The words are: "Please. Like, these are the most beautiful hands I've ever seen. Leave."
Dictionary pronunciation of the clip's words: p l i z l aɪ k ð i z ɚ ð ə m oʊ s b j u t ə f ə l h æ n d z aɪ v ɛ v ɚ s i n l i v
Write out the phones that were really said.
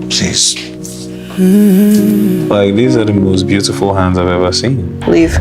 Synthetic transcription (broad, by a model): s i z l aɪ k ð i z ɚ ð ə m oʊ s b j u t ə f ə l h æ n d z aɪ v ɛ v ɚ s i n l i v